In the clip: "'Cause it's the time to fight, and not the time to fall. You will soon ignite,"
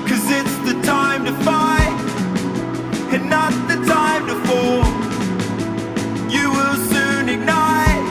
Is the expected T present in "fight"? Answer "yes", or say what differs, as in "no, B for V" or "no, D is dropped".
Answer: no, T is dropped